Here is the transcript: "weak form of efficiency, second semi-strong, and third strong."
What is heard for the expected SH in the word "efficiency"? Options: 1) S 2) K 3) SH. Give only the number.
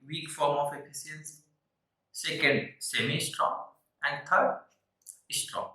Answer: 1